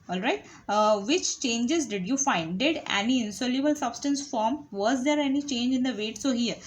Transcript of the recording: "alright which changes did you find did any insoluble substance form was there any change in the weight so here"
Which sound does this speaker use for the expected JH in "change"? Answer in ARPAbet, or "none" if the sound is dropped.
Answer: JH